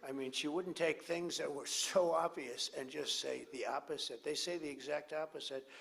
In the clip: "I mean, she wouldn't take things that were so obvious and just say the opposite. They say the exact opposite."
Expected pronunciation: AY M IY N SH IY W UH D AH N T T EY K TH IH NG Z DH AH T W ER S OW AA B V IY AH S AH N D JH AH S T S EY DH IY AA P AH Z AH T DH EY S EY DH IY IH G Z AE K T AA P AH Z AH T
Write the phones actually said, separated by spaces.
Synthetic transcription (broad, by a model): AY M IY N SH IY W UH D N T T EY K TH IH NG Z DH AH T W ER S OW AA B V IY AH S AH N JH AH S T S EY DH IY AA P AH Z AH T DH EY S EY DH IY IH G Z AE K T AA P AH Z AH T